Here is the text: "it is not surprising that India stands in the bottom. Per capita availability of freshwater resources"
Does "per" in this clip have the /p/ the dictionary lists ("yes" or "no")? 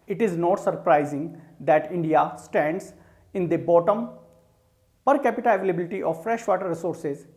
yes